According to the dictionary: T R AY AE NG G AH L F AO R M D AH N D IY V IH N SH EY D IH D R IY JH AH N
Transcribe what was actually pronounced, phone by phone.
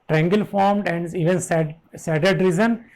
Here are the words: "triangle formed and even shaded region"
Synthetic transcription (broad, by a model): T R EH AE NG G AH L F AO R M D AH N D IY V IH N S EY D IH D R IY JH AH N